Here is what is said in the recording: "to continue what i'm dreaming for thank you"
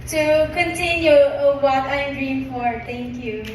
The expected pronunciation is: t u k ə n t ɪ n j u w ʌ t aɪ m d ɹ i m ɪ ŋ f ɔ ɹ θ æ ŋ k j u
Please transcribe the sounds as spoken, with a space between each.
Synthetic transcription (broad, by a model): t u k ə n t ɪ n j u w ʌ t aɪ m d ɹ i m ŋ f ɔ ɹ t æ ŋ k j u